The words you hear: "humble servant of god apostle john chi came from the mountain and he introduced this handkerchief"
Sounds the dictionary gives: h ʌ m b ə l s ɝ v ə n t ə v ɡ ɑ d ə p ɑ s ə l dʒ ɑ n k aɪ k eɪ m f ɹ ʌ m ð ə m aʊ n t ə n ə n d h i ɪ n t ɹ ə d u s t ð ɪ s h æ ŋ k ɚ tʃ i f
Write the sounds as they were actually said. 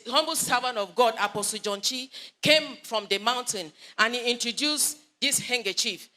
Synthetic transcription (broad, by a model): h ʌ m b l s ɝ v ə n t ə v ɡ ɑ d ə p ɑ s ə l dʒ ɑ n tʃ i k eɪ m f ɹ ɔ m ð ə m aʊ n t ə n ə n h i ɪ n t ɹ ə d u s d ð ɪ s h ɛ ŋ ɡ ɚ tʃ i f